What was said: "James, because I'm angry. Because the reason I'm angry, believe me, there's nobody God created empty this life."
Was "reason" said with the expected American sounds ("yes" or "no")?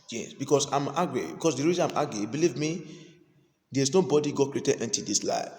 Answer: no